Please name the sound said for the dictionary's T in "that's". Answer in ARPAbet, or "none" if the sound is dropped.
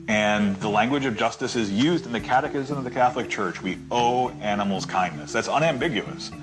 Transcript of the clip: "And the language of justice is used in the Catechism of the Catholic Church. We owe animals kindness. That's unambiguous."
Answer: T